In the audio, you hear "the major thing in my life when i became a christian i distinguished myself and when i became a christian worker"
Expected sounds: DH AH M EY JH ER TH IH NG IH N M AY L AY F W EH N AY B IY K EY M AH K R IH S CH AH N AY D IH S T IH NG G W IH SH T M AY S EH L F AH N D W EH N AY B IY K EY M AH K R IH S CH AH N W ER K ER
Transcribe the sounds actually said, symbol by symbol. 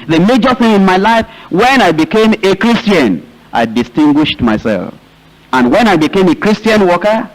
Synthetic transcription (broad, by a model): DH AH M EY JH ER TH IH NG IH N M AY L AY F W EH N AY B IY K EY M AH K R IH S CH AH N AY D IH S T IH NG G W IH SH T M AY S EH L F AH N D W EH N AY B IY K EY M AH K R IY S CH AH N W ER K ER